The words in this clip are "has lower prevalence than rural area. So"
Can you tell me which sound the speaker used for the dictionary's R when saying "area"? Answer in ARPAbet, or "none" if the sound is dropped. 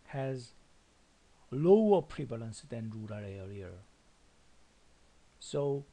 L